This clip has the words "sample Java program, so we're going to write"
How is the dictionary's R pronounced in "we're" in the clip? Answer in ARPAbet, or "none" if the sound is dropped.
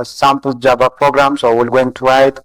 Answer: L